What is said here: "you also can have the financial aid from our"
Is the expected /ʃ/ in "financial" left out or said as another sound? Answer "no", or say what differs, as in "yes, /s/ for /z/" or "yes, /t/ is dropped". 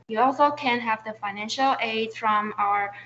no